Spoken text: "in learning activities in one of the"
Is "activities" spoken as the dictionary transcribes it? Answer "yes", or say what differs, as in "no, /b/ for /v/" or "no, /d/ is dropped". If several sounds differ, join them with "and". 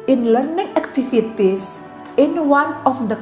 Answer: no, /f/ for /v/ and /s/ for /z/